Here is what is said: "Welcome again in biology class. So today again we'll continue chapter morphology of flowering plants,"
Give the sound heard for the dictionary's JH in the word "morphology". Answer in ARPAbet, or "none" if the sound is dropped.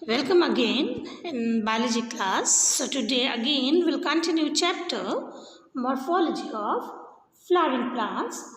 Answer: JH